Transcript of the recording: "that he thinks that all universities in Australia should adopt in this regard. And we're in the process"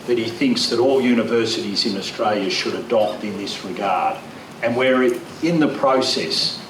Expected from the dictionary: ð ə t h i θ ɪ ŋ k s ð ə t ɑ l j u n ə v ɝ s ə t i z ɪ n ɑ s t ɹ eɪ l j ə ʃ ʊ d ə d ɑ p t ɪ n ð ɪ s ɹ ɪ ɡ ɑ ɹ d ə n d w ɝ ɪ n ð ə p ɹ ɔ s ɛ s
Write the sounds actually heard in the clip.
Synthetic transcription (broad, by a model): ð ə t h i θ ɪ ŋ k s ð ə t ɑ l j u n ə v ɝ s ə t i z ɪ n ɑ s t ɹ eɪ l j ə ʃ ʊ d ə d ɑ p t ɪ n ð ɪ s ɹ ɪ ɡ ɑ ɹ d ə n w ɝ ɪ n ð ə p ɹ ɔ s ɛ s